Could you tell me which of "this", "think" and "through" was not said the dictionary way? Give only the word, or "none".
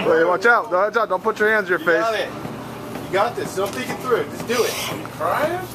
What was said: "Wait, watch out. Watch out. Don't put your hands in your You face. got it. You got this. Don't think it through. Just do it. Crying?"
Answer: think